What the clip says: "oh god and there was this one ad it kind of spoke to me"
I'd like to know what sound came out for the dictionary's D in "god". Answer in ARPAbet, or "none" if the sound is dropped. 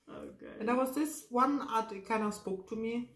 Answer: none